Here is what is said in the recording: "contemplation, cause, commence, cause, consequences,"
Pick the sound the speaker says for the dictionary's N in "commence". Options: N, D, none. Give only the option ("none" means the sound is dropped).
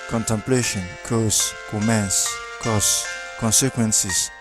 N